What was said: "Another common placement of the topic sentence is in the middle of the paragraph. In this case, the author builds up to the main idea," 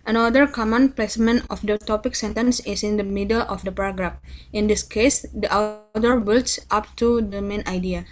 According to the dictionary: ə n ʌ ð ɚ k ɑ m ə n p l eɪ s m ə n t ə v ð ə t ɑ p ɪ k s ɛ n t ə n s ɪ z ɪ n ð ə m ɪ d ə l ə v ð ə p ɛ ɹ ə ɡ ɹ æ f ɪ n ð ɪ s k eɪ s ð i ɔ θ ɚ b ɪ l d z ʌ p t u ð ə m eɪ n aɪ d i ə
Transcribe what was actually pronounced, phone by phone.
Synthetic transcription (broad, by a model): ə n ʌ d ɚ k ɑ m ə n p l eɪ s m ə n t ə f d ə t ɑ p ɪ k s ɛ n t ə n s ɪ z ɪ n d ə m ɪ d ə l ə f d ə p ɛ ɹ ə ɡ ɹ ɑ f ɪ n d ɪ s k eɪ s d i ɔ t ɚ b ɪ l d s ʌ p t u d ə m eɪ n aɪ d i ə